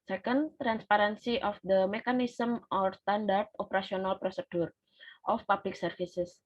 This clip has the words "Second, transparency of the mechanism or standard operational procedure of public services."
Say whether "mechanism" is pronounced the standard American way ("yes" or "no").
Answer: no